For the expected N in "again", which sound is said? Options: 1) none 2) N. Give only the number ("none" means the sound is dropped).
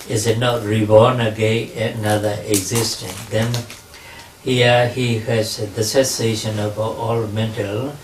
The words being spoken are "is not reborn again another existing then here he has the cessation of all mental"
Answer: 1